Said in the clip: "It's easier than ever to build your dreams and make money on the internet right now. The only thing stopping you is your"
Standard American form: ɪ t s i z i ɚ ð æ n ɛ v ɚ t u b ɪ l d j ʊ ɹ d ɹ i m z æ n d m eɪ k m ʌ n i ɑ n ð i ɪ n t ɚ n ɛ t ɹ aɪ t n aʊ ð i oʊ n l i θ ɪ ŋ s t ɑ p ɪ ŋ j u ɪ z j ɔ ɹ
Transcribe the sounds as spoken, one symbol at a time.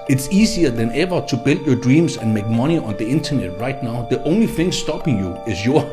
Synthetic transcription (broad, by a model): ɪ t s i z i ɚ ð æ n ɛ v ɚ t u b ɪ l d j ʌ d ɹ i m s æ n m eɪ k m ʌ n i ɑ n ð i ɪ n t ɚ n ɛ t ɹ aɪ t n aʊ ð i oʊ n l i θ ɪ ŋ s t ɑ p ɪ ŋ j u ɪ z j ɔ